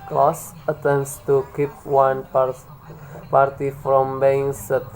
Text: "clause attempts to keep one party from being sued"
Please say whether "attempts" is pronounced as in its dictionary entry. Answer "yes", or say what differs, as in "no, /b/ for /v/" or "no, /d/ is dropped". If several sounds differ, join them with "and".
no, /p/ is dropped